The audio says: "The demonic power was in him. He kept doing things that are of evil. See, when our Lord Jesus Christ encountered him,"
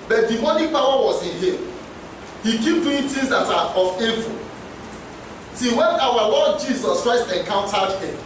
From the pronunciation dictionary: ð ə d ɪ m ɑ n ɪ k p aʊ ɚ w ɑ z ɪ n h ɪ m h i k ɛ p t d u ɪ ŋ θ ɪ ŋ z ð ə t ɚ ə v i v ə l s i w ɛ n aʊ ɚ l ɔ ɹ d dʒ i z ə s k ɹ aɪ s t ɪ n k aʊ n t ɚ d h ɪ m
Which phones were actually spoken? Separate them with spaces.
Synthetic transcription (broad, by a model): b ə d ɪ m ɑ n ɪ p aʊ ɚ w ɑ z ɪ n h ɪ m h i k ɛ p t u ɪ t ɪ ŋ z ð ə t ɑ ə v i f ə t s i w ɛ n aʊ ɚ l ɔ d dʒ i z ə s k ɹ aɪ s t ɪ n k aʊ n t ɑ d h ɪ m